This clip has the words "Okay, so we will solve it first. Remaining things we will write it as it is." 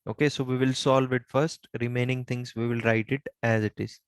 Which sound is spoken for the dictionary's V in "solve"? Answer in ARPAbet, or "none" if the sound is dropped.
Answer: V